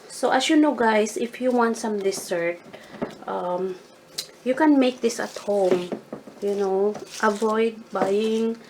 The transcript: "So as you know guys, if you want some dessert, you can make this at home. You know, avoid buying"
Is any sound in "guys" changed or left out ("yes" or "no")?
yes